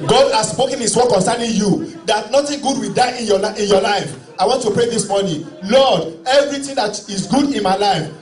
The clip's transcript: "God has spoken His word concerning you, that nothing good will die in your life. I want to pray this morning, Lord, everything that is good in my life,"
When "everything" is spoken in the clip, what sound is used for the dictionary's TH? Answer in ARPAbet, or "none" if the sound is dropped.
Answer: T